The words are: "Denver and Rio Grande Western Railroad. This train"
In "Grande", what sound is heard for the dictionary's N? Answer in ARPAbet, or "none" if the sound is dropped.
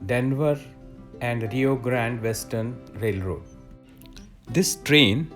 N